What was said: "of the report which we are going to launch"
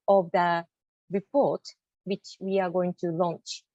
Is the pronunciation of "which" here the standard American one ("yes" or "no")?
yes